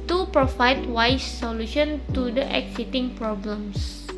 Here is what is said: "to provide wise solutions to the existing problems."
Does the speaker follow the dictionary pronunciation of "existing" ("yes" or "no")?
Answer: no